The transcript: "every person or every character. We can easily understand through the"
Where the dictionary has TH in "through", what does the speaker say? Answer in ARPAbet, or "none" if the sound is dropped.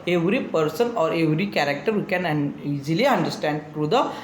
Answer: T